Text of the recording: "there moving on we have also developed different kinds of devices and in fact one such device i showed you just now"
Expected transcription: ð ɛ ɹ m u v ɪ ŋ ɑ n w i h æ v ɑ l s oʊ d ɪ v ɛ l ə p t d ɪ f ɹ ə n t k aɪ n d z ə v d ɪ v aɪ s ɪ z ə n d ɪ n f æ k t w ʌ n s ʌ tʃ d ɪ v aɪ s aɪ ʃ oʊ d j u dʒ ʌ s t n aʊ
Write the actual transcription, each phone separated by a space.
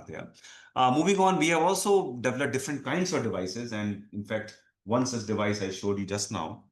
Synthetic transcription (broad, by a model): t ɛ m u v ɪ ŋ ɑ n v i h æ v ɑ l s oʊ d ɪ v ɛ l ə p d ɪ f ɹ ə n t k aɪ n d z ə v d ɪ v aɪ s ɪ z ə n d ɪ n f æ k t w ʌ n s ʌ s d ɪ v aɪ s aɪ ʃ oʊ d j u dʒ ʌ s t n aʊ